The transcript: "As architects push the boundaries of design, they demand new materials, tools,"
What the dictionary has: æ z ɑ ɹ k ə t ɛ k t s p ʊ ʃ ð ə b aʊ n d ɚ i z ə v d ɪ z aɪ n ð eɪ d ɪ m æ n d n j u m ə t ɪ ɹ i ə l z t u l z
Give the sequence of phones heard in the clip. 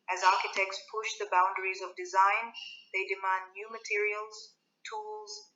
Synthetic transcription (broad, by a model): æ z ɑ ɹ k ə t ɛ k t s p ʊ ʃ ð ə b aʊ n d ɚ i z ə v d ɪ z aɪ n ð eɪ d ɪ m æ n d n j u m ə t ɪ ɹ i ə l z t u l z